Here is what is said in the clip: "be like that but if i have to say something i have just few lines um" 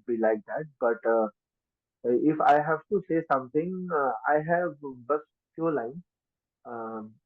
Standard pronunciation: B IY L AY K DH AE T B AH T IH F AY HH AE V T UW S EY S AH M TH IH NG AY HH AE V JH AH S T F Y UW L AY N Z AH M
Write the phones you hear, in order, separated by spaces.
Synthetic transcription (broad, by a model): B IY L AY K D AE T B AH T IH F AY HH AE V T UW S EY S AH M T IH NG AY HH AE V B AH S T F Y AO L AY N AH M